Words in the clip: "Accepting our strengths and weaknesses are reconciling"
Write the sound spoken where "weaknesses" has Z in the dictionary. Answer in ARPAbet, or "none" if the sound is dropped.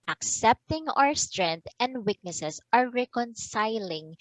S